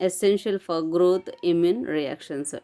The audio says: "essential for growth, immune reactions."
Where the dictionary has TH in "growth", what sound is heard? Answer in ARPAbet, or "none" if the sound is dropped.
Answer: T